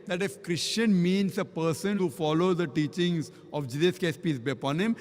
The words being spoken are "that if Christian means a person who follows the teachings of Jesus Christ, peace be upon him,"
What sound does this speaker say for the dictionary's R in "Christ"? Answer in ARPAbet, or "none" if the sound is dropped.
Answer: none